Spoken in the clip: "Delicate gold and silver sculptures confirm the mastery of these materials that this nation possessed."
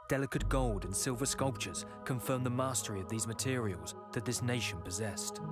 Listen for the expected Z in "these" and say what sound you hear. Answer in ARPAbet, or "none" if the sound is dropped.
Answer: Z